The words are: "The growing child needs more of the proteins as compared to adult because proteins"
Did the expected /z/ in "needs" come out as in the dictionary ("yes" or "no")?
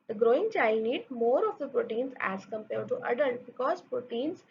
no